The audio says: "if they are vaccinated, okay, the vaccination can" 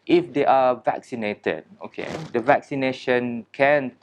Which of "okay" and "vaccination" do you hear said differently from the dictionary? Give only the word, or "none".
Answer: none